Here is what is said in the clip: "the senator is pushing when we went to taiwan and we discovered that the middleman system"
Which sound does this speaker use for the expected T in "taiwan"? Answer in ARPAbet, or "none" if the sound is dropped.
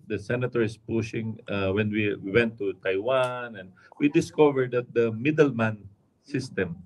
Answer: T